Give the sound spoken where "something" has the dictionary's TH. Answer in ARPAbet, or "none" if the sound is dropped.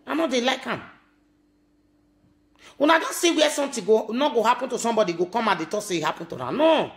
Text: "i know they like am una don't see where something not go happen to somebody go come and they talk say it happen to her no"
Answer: T